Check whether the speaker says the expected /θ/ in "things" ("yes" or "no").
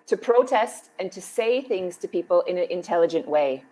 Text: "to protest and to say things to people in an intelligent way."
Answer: yes